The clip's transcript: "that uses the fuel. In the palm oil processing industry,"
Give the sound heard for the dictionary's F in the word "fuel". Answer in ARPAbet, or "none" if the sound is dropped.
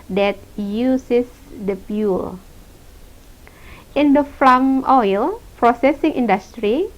P